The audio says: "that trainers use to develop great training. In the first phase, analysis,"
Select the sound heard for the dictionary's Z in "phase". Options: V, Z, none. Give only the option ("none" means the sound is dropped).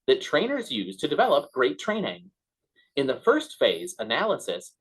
Z